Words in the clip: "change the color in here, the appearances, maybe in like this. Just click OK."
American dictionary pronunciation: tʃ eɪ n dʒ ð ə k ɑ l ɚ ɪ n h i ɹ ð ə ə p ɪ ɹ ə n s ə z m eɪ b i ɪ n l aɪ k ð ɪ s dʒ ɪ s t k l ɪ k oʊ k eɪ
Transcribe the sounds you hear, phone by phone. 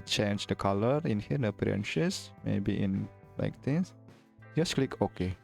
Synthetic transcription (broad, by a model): tʃ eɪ n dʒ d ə k ɑ l ɚ ɪ n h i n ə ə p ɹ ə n ʃ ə s m eɪ b i ɪ n l aɪ k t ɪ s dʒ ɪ s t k l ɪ k oʊ k eɪ